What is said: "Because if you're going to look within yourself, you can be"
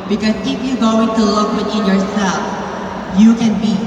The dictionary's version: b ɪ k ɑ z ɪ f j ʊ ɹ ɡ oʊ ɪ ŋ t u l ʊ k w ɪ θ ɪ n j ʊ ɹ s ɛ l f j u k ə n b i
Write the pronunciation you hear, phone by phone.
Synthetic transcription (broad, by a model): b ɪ k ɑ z ɪ f j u ɡ oʊ ɪ ŋ t u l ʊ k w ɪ t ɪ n j ʊ ɹ s ɛ l f j u k ə n b i